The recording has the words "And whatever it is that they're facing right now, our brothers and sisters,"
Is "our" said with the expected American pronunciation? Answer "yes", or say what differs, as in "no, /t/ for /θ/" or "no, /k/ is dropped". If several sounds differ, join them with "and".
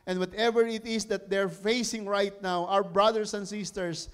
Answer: no, /w/ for /ɹ/